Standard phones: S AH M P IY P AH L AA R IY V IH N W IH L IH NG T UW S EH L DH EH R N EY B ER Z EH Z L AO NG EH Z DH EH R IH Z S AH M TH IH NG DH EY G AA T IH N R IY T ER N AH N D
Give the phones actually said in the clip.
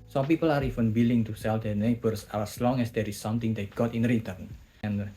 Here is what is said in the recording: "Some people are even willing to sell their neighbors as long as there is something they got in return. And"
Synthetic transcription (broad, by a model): S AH M P IY P AH L AA R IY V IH N W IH L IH NG T UW S EH L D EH N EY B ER S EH S L AO NG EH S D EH R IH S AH M T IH NG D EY G AA T IH N R IY T ER N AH N